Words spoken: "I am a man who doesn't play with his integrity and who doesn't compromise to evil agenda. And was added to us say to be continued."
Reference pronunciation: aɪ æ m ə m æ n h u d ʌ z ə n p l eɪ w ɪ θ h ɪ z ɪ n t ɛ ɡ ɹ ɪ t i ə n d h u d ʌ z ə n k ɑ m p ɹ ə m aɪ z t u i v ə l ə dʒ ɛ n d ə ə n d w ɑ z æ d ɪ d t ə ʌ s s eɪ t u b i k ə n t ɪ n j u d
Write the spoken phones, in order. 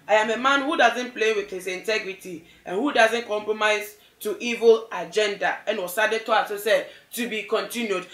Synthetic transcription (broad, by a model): aɪ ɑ m ə m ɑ n h u d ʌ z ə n p l eɪ w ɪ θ h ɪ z ɪ n t ɛ ɡ ɹ ɪ t i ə n h u d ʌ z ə n k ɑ m p ɹ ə m aɪ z t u i v ə l ə dʒ ɛ n d ə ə n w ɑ s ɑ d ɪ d t ə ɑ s s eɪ t u b i k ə n t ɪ n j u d